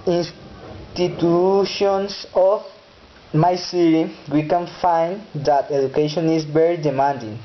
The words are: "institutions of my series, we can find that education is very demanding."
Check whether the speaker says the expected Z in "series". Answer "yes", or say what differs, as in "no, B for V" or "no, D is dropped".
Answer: no, Z is dropped